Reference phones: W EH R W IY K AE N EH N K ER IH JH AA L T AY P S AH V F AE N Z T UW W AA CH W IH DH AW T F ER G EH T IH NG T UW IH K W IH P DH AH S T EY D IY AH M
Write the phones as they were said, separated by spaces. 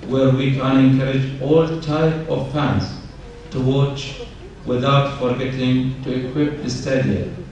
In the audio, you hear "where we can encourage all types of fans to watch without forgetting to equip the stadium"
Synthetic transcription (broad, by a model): W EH R W IY K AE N EH N K ER IH JH AA L T AY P AH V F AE N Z T UW W AA CH W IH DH AW T F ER G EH T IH NG T UW IH K W IH P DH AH S T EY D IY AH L